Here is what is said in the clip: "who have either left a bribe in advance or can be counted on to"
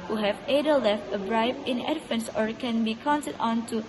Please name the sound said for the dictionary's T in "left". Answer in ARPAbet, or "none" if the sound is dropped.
T